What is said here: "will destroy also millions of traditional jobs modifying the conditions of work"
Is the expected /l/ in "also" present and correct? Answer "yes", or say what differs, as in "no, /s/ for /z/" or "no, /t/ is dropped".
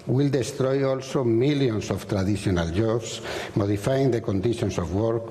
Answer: yes